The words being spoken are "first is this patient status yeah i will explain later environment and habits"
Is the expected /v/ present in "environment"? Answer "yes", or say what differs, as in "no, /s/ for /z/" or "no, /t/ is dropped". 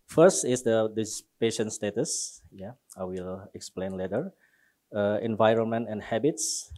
yes